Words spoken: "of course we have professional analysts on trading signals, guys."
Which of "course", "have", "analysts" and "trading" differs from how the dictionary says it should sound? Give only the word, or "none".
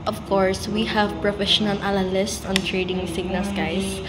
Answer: analysts